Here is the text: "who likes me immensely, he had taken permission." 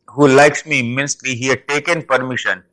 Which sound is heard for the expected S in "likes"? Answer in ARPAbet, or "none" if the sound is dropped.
S